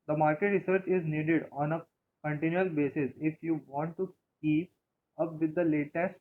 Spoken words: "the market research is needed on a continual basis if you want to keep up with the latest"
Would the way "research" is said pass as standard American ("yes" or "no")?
yes